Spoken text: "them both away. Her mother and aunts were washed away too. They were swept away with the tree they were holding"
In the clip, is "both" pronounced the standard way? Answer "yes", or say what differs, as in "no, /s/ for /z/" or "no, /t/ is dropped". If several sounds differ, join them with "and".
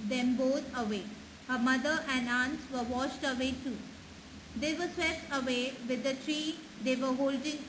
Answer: no, /t/ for /θ/